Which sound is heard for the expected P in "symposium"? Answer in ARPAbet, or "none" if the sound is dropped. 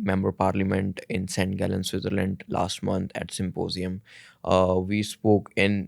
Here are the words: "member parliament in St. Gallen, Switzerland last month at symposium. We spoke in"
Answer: P